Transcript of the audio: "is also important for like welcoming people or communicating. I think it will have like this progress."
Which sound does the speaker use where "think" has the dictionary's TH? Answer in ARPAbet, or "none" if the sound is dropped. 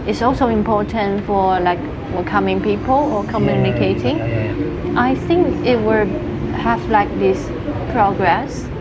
TH